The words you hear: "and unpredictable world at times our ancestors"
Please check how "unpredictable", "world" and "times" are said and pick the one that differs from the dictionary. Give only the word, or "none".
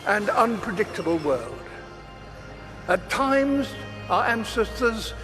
none